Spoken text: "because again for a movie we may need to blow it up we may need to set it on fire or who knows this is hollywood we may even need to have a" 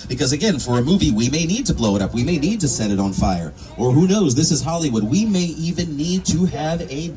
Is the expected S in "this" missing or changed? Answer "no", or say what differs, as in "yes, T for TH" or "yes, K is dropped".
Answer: no